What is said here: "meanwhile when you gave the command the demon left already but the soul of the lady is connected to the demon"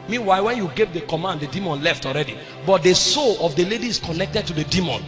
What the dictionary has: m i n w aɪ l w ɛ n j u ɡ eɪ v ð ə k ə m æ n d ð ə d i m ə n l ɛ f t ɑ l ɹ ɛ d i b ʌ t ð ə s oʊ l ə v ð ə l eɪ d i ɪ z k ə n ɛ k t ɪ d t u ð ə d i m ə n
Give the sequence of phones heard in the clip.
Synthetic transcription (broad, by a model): m i n w aɪ w ɛ n j u ɡ eɪ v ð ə k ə m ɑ n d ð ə d i m ə n l ɛ f t ɑ l ɹ ɛ d i b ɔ t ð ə s oʊ l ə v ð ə l eɪ d i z k ə n ɛ k t ɪ d t u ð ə d i m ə n